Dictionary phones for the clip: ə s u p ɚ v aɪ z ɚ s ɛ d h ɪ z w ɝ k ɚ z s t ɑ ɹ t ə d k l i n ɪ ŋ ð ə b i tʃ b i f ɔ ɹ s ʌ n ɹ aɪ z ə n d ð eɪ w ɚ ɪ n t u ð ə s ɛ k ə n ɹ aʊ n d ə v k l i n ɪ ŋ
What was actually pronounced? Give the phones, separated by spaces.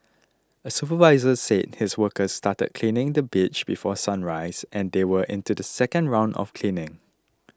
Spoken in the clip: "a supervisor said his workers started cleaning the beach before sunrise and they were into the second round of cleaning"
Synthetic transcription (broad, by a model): ə s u p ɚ v aɪ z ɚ s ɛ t h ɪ s w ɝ k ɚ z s t ɑ t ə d k l i n ɪ ŋ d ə b i tʃ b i f ɔ s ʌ n ɹ aɪ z ə n d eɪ w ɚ ɪ n t u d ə s ɛ k ə n ɹ aʊ n d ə f k l i n ɪ ŋ